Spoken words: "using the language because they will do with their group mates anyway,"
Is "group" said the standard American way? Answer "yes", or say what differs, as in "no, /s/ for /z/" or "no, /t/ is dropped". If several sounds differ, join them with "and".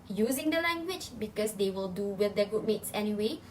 no, /ɹ/ is dropped